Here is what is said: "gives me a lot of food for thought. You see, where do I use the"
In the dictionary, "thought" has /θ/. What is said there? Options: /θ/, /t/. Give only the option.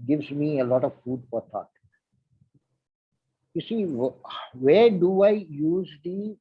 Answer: /t/